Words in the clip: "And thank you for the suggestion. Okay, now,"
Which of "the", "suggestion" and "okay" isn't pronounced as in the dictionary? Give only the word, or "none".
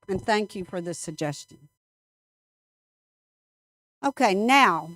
none